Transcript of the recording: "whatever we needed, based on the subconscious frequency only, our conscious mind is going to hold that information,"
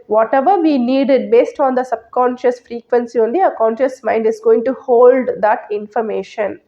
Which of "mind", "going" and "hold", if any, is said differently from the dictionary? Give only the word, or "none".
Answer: none